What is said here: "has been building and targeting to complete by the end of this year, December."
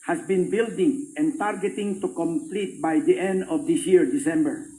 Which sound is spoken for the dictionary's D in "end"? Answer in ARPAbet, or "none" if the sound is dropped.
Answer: D